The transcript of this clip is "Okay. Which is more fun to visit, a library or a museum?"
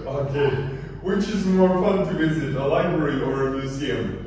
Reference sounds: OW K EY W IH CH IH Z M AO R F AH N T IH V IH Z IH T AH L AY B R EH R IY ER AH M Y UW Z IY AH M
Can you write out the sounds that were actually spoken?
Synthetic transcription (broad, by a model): OW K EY W IH CH IH Z M AO R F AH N T IH V IH Z IH T AH L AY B R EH R IY ER AH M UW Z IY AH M